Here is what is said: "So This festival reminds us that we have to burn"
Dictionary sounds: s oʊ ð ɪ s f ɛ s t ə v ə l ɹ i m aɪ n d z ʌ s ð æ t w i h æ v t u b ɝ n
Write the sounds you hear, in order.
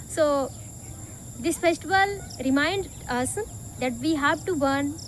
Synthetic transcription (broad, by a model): s oʊ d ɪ s f ɛ s t ə v ə l ɹ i m aɪ n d ʌ s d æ t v i h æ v t u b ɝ n